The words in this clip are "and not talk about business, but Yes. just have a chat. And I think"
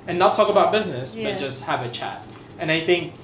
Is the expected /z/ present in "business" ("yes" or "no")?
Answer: yes